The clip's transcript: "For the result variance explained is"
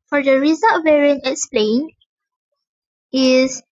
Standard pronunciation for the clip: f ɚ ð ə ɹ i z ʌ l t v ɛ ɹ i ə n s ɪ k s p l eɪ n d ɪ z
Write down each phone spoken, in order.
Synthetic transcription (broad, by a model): f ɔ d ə ɹ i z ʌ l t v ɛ ɹ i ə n ɪ k s p l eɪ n ɪ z